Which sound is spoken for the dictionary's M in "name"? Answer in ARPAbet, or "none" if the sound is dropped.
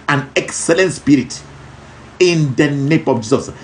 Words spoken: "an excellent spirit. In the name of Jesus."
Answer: M